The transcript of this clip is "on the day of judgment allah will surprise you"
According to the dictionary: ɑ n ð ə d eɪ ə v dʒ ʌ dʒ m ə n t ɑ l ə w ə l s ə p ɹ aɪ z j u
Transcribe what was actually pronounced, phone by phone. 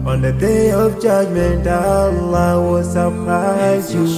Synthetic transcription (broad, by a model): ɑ n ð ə d eɪ ə v dʒ ʌ dʒ m ə n t ɑ l ə w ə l s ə p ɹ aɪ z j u